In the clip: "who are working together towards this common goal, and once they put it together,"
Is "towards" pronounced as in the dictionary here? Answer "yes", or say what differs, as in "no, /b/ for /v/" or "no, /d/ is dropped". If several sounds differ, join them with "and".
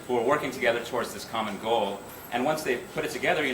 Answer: yes